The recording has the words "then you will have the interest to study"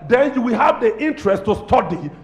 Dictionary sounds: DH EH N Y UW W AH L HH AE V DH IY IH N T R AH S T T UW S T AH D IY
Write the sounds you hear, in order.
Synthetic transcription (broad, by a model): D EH N Y UW W AH L HH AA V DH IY IH N T R AH S T T UW S T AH D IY